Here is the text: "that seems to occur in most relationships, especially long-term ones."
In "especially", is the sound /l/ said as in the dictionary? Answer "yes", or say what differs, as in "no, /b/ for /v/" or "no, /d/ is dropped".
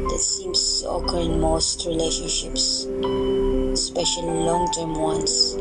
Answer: no, /l/ is dropped